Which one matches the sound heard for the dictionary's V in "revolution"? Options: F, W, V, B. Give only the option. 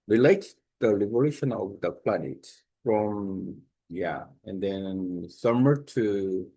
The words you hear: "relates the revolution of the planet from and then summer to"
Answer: B